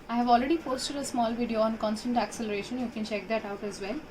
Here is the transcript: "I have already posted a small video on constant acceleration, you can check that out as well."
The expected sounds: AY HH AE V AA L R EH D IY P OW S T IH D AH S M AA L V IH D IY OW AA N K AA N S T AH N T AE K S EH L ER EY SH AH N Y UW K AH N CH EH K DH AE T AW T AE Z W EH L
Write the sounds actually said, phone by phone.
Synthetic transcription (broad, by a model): AY HH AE V AA L R EH D IY P OW S T IH D AH S M AA L V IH D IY OW AA N K AA N S T AH N T AE K S EH L ER EY SH AH N Y UW K AH N CH EH K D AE T AW T AE Z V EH L